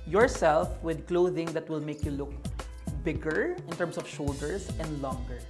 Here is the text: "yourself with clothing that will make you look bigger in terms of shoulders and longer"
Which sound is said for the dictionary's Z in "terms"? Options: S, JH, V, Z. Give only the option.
S